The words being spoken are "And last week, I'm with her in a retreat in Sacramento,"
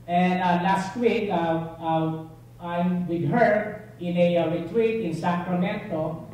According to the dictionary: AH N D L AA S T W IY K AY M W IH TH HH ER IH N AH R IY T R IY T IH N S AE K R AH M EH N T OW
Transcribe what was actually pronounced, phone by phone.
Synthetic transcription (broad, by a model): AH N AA L AA S T W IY K AY M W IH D HH ER IH N AH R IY T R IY T IH N S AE K R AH M EH N T OW